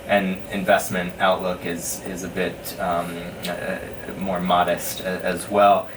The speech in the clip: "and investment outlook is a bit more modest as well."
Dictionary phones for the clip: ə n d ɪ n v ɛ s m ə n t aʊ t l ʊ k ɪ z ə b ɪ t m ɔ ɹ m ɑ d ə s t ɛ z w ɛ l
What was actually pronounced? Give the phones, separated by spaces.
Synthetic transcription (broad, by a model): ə n ɪ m v ɛ s m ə n t aʊ t l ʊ k ɪ z ə b ɪ t m ɔ ɹ m ɑ d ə s t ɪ z w ɛ l